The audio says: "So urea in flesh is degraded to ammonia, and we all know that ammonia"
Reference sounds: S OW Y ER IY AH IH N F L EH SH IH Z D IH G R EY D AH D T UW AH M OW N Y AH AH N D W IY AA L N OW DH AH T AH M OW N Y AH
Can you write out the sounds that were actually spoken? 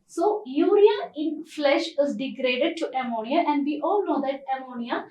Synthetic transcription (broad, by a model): S OW Y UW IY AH IH N F L EH SH IH Z D IH G R EY D AH D T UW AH M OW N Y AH AH N D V IY AA L N OW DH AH T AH M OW N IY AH